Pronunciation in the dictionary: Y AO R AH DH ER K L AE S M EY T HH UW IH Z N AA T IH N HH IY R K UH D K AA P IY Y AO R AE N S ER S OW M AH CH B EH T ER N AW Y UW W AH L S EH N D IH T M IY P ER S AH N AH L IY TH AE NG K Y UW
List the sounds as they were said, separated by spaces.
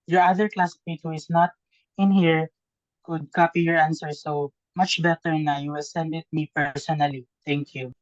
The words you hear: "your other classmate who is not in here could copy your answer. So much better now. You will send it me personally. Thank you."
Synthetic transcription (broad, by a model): Y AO R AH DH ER K L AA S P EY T HH UW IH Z N AA T IH N HH IY R K UH D K AA P IY Y AO R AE N S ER S OW M AH CH B EH T ER N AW Y UW S EH N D IH T M IY P ER S AH N AH L IY T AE NG K Y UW